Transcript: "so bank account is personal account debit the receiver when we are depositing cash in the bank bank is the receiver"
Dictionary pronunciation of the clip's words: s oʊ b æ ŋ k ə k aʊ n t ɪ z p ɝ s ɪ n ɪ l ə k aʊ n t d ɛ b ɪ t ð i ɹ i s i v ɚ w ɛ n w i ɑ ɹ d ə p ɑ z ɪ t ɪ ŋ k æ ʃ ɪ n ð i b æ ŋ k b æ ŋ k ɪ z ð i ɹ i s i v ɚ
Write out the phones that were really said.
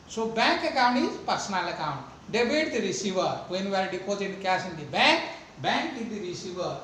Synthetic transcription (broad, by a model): s oʊ b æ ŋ k ə k aʊ n t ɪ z p ɝ s ɪ n ɪ l ə k aʊ n t d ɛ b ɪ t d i ɹ i s i v ɚ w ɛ n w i ɑ ɹ d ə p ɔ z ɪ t k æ s ɪ n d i b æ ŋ k b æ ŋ k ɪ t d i ɹ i s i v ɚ